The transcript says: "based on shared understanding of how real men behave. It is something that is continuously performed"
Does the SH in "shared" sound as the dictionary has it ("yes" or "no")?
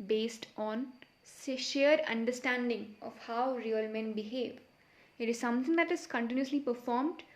no